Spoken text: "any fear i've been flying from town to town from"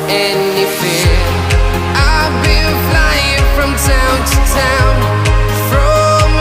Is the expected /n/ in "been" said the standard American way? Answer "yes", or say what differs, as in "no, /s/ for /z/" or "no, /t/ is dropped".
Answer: no, /l/ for /n/